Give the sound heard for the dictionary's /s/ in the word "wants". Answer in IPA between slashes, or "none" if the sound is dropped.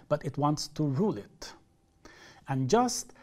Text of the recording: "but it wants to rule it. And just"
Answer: /s/